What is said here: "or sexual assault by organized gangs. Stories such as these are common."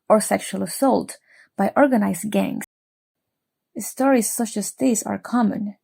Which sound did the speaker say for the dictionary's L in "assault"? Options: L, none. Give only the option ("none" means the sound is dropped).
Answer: L